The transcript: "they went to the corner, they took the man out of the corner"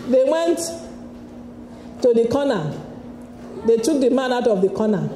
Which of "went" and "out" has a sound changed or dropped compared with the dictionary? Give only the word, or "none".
none